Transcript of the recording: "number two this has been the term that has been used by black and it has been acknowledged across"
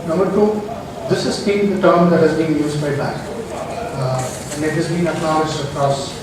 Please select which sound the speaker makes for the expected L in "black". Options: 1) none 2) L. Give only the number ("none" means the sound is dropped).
1